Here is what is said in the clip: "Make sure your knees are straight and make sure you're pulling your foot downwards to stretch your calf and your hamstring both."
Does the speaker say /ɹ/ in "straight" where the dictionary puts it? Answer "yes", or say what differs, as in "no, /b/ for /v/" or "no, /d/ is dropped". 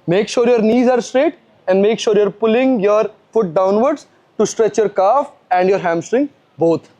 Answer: yes